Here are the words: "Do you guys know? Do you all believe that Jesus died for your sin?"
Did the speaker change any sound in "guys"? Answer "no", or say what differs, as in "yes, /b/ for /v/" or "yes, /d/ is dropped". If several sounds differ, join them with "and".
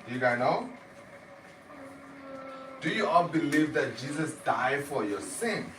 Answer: yes, /z/ is dropped